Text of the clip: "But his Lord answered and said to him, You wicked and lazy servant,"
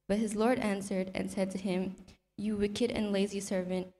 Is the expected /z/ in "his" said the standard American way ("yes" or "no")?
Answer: yes